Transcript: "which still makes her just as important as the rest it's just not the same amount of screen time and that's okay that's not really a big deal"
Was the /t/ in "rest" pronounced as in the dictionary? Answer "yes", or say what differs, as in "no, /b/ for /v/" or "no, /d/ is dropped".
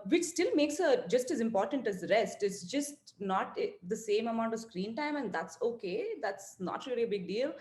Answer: yes